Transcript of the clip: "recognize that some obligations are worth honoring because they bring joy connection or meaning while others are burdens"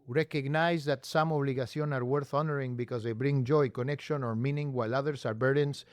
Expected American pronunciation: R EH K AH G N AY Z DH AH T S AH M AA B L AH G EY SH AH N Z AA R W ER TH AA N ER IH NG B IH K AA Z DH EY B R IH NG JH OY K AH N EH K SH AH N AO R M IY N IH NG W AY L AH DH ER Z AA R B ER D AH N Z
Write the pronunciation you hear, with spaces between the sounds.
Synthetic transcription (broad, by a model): R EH K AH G N AY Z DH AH T S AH M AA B L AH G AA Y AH N AA R W ER TH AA N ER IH NG B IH K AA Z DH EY B R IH NG JH OY K AH N EH K SH AH N AO R M IY N IH NG W AY L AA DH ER S AA R B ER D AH N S